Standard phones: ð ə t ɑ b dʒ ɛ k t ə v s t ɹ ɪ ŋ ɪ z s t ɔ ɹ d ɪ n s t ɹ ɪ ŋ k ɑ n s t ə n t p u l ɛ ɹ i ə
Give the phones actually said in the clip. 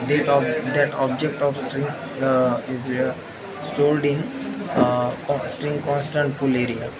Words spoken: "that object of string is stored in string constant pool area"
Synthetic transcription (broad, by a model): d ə t ɑ b dʒ ɛ k t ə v s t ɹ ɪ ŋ ɪ z s t ɔ l d ɪ n s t ɹ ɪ ŋ k ɑ n s t ə n t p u l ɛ ɹ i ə